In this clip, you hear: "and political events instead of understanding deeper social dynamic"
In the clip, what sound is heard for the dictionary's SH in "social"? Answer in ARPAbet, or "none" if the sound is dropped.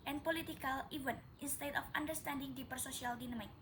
S